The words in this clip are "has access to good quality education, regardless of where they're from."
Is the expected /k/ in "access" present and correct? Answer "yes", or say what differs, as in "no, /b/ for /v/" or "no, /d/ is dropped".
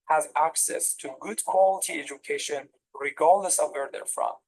yes